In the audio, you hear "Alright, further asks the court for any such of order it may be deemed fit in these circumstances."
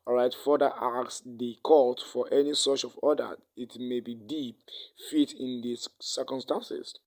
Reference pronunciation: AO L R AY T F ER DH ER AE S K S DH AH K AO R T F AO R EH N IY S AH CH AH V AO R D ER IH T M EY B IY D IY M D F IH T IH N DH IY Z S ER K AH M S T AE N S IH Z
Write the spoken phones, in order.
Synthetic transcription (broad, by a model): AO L R AY T F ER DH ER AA K S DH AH K AO L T F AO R EH N IY S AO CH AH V AO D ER IH T M EY B IY D IY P F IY T IH N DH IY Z S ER K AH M S T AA N S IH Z